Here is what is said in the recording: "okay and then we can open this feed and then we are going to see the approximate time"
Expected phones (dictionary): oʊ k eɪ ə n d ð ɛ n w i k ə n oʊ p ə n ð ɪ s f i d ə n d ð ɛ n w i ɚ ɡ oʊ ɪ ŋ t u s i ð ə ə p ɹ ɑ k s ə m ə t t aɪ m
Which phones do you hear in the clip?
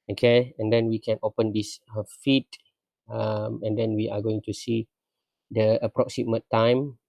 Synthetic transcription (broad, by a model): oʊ k eɪ ə n d ɛ n w i k ə n oʊ p ə n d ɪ s f i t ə n d ɛ n w i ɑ ɡ oʊ ɪ ŋ t u s i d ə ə p ɹ ɑ k s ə m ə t t aɪ m